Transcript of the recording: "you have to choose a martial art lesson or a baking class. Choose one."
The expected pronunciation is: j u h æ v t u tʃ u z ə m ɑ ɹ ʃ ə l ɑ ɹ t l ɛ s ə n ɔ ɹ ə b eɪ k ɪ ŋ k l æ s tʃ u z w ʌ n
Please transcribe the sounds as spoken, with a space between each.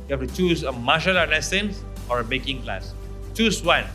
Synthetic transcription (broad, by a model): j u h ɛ f t u tʃ u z ə m ɑ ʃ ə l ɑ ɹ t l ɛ s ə n ɔ ɹ ə b eɪ k ɪ ŋ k l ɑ s tʃ u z w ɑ n